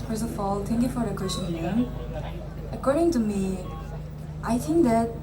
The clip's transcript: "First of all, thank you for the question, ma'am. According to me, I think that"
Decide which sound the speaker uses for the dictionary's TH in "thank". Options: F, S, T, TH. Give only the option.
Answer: T